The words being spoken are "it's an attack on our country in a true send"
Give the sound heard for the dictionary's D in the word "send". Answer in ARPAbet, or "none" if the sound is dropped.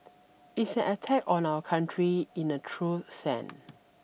none